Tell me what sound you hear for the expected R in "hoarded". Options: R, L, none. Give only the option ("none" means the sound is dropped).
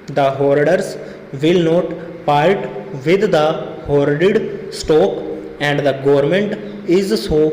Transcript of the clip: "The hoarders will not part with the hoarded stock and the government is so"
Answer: R